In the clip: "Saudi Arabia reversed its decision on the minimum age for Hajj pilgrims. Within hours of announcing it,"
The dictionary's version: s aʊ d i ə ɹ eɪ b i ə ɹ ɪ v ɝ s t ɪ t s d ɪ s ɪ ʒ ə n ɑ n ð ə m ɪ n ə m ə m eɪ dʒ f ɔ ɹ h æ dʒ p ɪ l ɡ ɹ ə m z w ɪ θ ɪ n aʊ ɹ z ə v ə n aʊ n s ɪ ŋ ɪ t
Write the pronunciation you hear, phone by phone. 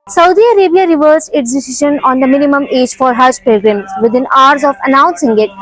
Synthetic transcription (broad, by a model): s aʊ d i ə ɹ eɪ b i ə ɹ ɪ v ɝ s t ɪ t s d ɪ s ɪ ʃ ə n ɑ n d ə m ɪ n ə m ə m eɪ dʒ f ɔ ɹ h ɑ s p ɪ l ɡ ɹ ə m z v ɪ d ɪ n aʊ ɹ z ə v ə n aʊ n s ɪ ŋ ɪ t